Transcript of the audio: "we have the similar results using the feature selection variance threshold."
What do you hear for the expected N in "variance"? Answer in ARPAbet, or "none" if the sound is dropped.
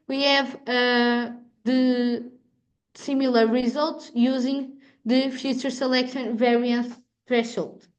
N